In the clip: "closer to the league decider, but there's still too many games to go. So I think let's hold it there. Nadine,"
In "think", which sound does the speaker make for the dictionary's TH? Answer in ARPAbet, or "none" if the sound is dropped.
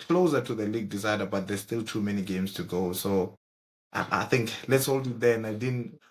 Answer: TH